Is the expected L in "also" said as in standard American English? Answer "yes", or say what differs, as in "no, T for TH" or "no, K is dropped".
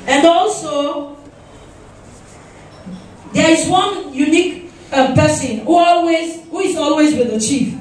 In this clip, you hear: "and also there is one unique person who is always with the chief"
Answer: yes